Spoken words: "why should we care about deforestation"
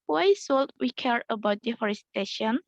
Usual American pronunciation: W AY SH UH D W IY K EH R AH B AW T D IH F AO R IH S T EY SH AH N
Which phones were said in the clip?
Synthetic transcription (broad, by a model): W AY S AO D W IY K EH R AH B AW T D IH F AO R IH S T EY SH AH N